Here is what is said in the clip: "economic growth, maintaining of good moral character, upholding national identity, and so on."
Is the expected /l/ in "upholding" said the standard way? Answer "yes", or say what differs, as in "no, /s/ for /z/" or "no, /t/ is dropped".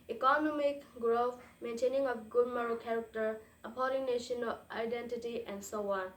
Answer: no, /l/ is dropped